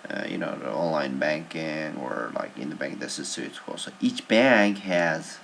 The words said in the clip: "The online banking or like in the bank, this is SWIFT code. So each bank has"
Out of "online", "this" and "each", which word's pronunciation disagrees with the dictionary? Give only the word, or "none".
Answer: none